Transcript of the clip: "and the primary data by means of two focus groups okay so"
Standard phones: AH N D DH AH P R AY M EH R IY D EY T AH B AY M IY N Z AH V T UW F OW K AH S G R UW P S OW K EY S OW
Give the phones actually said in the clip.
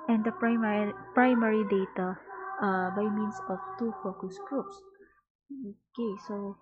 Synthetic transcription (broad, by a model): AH N D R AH P R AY M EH R IY D EY T AH B AY M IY N S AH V T UW F OW K AH S G R UW P S OW K EY S OW